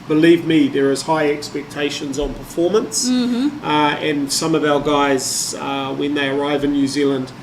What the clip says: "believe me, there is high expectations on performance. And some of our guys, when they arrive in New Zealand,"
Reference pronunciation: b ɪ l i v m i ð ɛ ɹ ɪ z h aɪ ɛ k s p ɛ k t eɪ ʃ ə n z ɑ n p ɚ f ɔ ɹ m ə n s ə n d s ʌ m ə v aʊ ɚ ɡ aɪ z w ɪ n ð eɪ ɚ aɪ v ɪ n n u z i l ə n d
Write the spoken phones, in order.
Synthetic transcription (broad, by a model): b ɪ l i v m i ð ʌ ɹ ɪ z h aɪ ɛ k s p ɛ k t eɪ ʃ ə n z n p ɚ f ɔ ɹ m ə n s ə n s ʌ m ə v aʊ ɚ ɡ aɪ z w ɪ n ð eɪ ɚ aɪ v ɪ n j u z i l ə n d